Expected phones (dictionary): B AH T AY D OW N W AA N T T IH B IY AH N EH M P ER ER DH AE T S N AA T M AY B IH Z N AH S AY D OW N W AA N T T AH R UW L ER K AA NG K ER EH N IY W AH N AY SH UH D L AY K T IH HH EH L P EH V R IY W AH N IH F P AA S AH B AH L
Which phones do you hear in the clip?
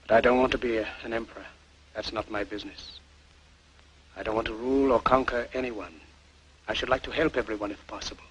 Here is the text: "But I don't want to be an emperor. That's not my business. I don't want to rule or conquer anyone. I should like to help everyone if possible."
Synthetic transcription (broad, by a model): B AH T AY D OW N W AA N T T IH B IY AH N EH M P ER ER DH AE T S N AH T M AY B IH Z N AH S AY D OW N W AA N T T AH R UW L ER K AA NG K ER EH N IY W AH N AY SH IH D L AY K T IH HH EH L P EH V R IY W AH N IH F P AA S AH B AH L